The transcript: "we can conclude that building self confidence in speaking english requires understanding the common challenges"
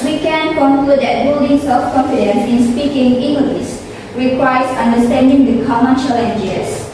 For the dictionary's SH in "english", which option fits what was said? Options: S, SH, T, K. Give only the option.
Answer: S